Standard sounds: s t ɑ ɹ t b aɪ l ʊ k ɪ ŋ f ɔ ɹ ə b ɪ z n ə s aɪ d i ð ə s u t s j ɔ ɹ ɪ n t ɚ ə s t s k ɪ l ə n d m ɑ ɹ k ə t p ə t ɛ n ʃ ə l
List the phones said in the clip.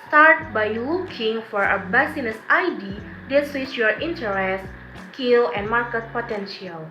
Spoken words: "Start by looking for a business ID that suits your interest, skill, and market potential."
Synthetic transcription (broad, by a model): s t ɑ ɹ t b aɪ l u k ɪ ŋ f ɔ ɹ ə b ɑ s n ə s aɪ d i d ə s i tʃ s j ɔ ɹ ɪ n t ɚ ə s s k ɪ l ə n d m ɑ ɹ k ə t p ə t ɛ n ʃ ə l